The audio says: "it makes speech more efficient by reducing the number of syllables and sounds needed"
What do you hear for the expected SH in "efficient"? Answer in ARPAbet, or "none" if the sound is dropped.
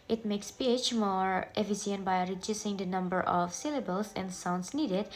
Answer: S